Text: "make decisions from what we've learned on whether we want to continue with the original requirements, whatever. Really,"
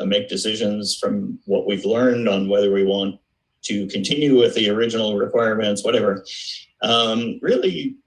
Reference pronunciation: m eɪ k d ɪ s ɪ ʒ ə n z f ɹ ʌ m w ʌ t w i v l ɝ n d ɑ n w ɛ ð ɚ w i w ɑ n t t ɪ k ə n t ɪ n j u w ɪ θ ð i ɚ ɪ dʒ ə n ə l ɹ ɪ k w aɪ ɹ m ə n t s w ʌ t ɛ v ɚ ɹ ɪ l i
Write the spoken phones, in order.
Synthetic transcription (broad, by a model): m eɪ k d ɪ s ɪ ʒ ə n z f ɹ ʌ m w ʌ t w i v l ɝ n d n w ɛ ð ɚ w i w ɑ n t t ɪ k ə n t ɪ n j u w ɪ ð i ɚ ɪ dʒ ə n l ɹ ɪ k w aɪ ɹ m ə n t s w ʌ t ɛ v ɚ ɹ ɪ l i